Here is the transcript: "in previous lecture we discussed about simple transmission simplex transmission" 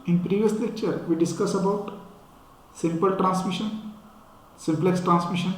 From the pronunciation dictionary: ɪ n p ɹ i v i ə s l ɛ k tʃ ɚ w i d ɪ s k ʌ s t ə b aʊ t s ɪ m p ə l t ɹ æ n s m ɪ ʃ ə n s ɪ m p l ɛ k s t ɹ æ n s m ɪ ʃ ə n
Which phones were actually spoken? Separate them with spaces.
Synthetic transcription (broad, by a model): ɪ n p ɹ i v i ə s l ɛ k tʃ ɚ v i d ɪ s k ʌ s ə b aʊ t s ɪ m p ə l t ɹ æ n s m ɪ ʃ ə n s ɪ m p l ɛ k s t ɹ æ n s m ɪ ʃ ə n